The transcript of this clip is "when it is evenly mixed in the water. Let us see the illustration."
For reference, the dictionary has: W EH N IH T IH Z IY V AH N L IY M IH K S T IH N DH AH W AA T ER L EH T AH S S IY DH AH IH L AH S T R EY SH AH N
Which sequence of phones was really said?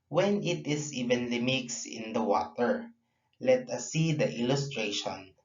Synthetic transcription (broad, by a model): W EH N IH T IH S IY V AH N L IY M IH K S IH N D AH W AA T ER L EH T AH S S IY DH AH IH L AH S T R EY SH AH N